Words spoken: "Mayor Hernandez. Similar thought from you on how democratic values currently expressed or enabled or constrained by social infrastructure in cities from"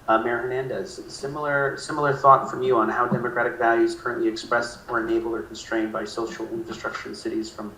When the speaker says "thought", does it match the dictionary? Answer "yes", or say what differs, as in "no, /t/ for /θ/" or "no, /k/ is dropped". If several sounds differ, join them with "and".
yes